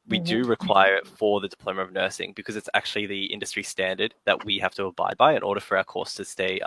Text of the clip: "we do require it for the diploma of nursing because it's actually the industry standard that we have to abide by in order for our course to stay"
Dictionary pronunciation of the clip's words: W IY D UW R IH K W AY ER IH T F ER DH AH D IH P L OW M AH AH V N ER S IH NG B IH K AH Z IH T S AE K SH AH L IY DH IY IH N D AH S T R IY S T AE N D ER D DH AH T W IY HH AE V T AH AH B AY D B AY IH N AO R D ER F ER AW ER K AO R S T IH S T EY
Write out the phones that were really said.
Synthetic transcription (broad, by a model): W IY D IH R IH K W AY ER IH T F ER DH AH D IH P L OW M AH AH V N ER S IH NG B IH K AH Z IH T S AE K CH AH L IY DH IY IH N D AH S T R IY S T AE N D ER D DH AH T W IY HH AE F T AH AH B AY D B AY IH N AO R D ER F ER AW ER K AO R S T IH S T EY